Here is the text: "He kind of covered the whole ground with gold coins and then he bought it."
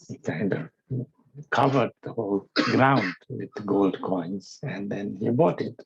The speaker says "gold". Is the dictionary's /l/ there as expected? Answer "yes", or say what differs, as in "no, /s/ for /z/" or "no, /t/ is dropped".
yes